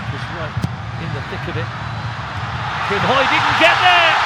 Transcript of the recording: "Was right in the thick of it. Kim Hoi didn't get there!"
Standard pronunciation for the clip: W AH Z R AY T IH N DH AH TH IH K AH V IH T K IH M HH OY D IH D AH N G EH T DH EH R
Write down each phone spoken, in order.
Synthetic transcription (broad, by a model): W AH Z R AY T IH N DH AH TH IH K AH B IH T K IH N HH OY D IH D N G EH T DH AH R